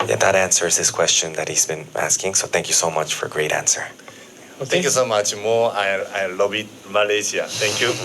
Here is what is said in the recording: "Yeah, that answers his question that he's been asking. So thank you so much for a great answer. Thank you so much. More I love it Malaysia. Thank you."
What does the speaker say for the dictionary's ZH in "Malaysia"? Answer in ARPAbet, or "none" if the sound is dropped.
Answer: S